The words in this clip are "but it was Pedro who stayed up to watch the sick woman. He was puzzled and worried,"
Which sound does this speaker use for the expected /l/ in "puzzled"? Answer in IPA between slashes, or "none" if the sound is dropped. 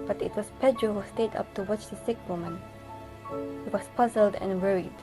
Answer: /l/